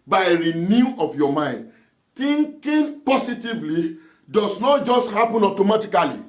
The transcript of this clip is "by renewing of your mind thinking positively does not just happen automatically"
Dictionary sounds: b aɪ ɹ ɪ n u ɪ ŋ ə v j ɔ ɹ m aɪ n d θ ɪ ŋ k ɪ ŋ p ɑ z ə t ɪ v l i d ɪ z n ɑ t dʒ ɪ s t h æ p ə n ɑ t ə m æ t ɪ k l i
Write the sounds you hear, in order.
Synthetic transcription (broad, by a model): b aɪ ɹ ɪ n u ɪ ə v j ɔ m aɪ n d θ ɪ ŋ k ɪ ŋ p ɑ s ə t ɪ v l i d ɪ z n ɑ t dʒ ɪ s t h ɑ p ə n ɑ t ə m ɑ t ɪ k l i